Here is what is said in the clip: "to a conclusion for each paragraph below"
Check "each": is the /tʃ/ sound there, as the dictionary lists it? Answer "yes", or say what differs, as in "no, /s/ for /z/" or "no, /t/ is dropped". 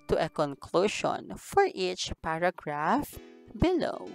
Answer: yes